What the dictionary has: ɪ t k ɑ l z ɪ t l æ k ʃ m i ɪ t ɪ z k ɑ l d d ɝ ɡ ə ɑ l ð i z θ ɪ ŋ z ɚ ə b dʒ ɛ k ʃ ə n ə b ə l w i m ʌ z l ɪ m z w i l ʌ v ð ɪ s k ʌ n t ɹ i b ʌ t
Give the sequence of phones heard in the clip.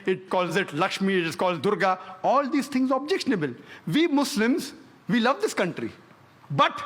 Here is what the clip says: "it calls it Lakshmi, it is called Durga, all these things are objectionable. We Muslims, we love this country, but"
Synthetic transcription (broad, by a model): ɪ t k ɑ l z ɪ t l æ k ʃ m i ɪ t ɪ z k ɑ l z d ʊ ɡ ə ɑ l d i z t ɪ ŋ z ə b dʒ ɛ k ʃ ə n ə b ə l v i m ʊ s l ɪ m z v i l ʌ v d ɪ s k ʌ n t ɹ i b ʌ t